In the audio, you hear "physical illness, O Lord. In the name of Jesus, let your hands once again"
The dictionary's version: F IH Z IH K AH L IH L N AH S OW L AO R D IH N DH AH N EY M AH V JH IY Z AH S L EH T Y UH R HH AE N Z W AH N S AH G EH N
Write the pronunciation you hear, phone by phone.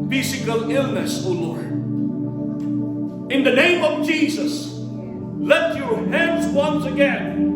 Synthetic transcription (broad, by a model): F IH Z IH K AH L IH L N AH S OW L AO R D IH N DH AH N EY M AH V JH IY Z AH S L EH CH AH R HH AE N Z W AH N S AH G EH N